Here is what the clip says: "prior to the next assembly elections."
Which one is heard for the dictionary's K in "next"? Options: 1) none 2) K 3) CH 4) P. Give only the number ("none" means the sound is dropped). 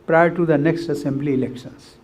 2